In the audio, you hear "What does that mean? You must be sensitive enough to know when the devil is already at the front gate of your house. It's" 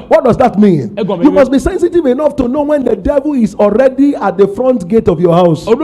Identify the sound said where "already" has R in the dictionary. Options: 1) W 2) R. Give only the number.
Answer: 2